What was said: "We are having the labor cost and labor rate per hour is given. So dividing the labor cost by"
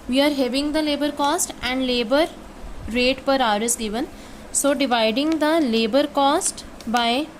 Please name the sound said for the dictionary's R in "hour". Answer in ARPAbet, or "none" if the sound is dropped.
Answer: R